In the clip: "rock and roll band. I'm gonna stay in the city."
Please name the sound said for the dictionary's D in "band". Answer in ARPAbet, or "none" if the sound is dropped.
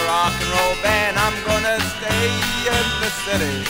none